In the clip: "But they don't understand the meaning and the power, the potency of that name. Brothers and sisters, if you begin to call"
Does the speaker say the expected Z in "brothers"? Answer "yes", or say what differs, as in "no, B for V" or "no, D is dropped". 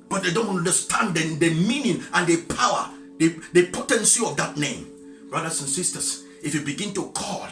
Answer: no, S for Z